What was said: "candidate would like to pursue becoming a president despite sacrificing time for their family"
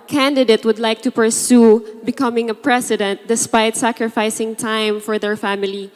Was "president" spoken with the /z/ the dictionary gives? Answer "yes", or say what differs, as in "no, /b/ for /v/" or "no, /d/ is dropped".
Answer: no, /s/ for /z/